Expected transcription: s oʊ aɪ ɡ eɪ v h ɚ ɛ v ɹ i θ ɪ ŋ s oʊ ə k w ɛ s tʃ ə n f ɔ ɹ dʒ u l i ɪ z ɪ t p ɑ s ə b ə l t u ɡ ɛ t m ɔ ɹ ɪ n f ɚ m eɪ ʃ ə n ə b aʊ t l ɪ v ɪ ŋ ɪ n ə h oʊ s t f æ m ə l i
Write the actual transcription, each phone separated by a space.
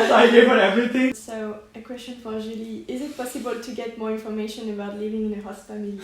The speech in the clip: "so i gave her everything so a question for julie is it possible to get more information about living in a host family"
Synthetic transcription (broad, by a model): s aɪ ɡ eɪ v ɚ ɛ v ɹ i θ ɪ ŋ s oʊ ə k w ɛ s tʃ ə n f ɔ ɹ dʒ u l i ɪ z ɪ t p ɑ s ə b ə l t u ɡ ɛ t m ɔ ɹ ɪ n f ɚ m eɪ ʃ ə n ə b aʊ t l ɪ v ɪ ŋ ɪ n ə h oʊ t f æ m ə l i